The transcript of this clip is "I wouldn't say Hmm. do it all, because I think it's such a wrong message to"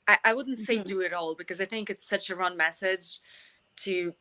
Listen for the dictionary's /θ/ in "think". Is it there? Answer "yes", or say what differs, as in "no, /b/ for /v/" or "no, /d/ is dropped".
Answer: yes